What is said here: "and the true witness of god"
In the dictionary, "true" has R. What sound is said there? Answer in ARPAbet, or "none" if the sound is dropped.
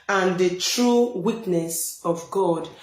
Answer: R